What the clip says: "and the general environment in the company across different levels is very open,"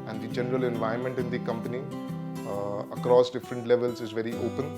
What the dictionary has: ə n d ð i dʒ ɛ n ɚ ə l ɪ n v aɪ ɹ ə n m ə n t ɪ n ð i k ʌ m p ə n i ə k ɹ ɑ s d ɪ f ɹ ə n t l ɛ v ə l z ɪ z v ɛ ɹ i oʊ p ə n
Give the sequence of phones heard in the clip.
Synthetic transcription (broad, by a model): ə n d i dʒ ɛ n ɚ ə l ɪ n v aɪ ə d m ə n t ɪ n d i k ʌ m p ə n i ə k ɹ ɑ s d ɪ f ɹ ə n t l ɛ v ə l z ɪ z v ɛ ɹ i oʊ p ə n